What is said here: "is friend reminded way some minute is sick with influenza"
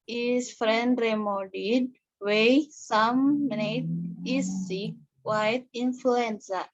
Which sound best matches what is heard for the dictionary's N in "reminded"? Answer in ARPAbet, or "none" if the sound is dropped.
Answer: none